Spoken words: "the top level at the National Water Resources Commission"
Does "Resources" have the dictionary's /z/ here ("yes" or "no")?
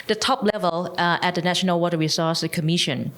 no